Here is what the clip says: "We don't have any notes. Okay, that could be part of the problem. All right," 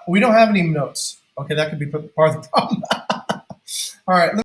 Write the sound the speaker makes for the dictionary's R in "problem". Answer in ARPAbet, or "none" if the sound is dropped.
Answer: none